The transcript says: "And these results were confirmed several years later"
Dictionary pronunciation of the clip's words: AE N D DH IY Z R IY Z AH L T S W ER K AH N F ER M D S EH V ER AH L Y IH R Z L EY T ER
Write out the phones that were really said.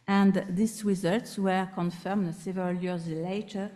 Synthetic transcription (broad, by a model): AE N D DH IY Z R IY Z AH L T S W ER K AH N F ER M D S EH V ER AH L Y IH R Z L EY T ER